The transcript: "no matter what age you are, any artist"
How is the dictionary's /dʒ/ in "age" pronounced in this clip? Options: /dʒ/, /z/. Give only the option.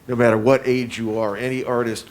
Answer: /dʒ/